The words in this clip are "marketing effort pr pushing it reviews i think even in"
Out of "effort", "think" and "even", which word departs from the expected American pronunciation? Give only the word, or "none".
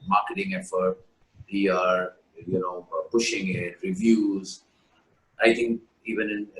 think